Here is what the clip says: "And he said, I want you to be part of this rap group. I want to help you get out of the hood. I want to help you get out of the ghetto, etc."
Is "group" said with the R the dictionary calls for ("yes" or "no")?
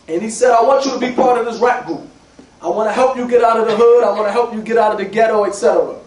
no